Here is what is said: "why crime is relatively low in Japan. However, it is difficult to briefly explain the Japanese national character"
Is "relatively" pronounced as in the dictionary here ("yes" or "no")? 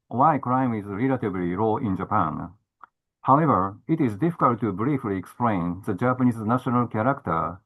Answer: no